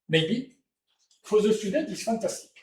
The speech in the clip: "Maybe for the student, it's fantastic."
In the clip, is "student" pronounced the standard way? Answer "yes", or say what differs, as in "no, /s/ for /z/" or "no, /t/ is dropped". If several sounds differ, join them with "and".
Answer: no, /n/ is dropped